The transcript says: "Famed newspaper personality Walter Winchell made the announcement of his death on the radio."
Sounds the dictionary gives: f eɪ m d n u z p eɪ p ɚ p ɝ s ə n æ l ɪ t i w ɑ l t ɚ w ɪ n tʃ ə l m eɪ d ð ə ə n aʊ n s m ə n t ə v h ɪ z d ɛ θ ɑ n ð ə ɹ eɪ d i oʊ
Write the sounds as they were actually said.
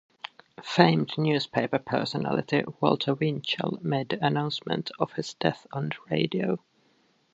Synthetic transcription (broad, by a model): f eɪ m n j u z p eɪ p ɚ p ɝ s ə n æ l ɪ t i w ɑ l t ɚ w ɪ n tʃ ə l m eɪ d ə ə n aʊ n s m ə n t ə v h ɪ z d ɛ θ n ɹ eɪ d i oʊ